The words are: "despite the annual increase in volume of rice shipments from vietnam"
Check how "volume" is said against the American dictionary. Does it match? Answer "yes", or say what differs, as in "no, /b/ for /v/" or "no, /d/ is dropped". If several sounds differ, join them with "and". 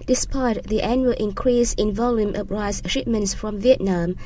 yes